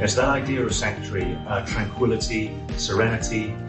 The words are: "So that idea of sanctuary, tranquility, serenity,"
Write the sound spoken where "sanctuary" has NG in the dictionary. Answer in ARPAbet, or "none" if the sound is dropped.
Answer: none